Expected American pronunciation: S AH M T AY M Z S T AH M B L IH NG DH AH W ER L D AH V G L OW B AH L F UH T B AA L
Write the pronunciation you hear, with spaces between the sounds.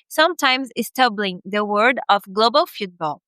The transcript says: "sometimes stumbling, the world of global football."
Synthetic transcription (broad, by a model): S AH M T AY M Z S T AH B L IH NG DH AH W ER D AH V G L OW B AH L F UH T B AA L